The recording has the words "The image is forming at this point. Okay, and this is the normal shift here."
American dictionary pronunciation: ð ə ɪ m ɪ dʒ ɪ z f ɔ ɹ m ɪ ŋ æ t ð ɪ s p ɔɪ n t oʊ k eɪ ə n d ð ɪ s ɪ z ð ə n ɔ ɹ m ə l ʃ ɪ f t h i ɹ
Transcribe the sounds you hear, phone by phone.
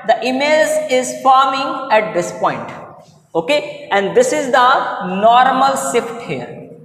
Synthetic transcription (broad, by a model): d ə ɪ m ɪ z ɪ z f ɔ ɹ m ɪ ŋ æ t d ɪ s p ɔɪ n t oʊ k eɪ ə n d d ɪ s ɪ z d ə n ɔ ɹ m ə l s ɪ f t h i ɹ